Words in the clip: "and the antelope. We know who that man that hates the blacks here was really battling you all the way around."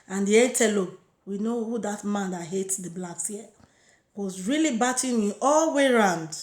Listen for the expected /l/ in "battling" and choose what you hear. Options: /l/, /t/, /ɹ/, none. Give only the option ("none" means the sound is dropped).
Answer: none